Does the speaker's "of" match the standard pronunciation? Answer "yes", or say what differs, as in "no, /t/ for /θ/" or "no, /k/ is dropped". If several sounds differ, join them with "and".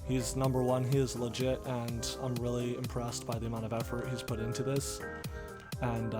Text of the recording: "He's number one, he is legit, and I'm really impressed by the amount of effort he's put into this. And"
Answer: yes